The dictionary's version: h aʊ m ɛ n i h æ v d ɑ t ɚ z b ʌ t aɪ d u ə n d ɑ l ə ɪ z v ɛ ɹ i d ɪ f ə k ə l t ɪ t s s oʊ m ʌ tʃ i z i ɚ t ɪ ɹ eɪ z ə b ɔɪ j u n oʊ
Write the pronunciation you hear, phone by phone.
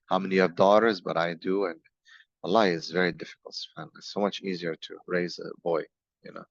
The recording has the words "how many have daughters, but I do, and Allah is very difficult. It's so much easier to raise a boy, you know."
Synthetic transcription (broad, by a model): h aʊ m ɛ n i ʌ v d ɑ t ɚ z b ʌ t aɪ d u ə n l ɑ ə ɪ z v ɛ ɹ i d ɪ f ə k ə l t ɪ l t s oʊ m ʌ tʃ i z i ɚ t ɪ ɹ eɪ z ə b ɔɪ j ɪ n oʊ